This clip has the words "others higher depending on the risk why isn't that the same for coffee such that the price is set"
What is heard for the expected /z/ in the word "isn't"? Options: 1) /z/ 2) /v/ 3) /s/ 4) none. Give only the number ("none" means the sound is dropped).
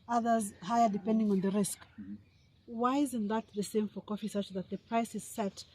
1